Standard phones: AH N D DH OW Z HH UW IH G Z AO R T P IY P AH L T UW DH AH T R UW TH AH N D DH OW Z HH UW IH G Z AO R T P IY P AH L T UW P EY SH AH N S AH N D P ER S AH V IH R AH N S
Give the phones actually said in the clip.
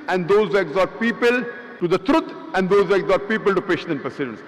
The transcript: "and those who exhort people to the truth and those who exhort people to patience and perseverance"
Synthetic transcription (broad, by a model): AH N D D OW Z HH UW IH G Z AO R T P IY P AH L T UW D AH T R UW T AH N D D OW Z HH UW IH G Z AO R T P IY P AH L T UW P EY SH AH N AH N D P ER S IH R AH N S